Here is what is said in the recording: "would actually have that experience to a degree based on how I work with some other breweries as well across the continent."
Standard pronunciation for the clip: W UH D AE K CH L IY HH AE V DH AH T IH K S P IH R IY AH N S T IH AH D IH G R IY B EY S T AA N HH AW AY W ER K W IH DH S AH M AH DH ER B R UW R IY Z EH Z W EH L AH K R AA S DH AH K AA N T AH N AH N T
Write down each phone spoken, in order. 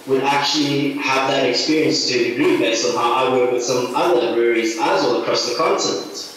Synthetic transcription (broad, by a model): W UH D AE K CH L IY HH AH V DH AH T IH K S P IH R IY AH N S T IH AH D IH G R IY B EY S AA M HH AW AY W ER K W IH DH S AH M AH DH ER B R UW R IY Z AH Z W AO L AH K R AA S DH AH K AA N T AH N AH N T